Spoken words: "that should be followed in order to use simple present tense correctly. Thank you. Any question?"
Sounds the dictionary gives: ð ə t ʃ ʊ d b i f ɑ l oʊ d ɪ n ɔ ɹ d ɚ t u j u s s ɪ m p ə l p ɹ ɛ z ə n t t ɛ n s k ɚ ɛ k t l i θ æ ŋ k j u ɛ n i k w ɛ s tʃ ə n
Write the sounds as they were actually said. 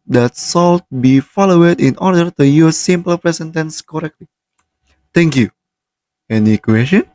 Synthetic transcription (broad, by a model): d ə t s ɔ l b i f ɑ l oʊ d ɪ n ɔ ɹ d ɚ t u j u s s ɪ m p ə l p ɹ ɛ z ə n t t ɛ n s k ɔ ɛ k t l i t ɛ ŋ k j u ɛ n i k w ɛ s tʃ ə n